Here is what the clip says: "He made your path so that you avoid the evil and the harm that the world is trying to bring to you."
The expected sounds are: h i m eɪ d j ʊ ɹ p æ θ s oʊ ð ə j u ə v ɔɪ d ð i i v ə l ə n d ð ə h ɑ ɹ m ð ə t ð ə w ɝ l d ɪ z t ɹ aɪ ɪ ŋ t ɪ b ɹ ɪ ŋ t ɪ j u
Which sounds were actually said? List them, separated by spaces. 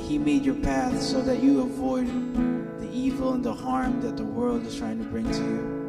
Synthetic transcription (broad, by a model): h i m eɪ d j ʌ ɹ p æ θ s oʊ ð ə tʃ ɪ ə v ɔɪ d ð i i v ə l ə n ð ə h ɑ ɹ m ð ə t ð ə w ɝ l d ɪ z t ɹ aɪ ɪ ŋ t ɪ b ɹ ɪ ŋ t ɪ j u